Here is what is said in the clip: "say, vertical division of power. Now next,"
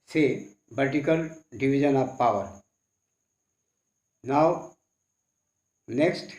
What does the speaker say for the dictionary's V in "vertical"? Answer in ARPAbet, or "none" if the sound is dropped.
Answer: B